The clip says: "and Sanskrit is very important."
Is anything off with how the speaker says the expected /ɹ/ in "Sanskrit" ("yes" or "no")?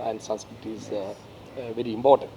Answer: yes